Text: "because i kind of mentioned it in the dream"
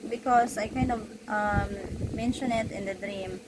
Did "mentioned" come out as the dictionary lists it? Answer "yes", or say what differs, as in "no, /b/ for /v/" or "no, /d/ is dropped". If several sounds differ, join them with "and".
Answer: no, /d/ is dropped